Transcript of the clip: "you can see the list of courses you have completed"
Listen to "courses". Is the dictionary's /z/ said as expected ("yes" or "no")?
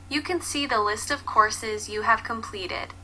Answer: yes